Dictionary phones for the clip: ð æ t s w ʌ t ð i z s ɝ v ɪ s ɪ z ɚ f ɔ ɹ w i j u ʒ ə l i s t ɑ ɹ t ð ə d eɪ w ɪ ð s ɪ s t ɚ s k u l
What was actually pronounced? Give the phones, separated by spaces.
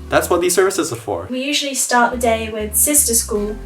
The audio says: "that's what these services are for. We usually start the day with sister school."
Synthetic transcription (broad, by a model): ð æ t s w ʌ t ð i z s ɝ v ɪ s ɪ z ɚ f ɔ ɹ w i j u ʒ ə l i s t ɑ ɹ t ð ə d eɪ w ɪ ð s ɪ s t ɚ s k u l